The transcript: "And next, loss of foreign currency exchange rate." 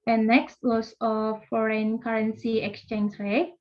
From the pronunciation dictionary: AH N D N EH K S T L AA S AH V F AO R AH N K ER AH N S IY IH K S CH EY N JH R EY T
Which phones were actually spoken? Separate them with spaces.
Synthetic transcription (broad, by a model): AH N N EH K S T W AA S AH F AO R AH N K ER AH N S IY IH K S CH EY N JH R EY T